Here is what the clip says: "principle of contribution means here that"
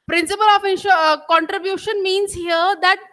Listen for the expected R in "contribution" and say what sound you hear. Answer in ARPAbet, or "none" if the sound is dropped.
R